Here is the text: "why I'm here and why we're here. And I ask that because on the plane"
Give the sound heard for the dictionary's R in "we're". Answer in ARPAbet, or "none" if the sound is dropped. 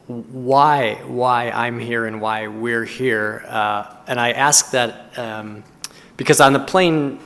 R